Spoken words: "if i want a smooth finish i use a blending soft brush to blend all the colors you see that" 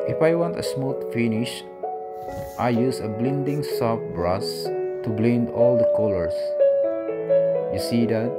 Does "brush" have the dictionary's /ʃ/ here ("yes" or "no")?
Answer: no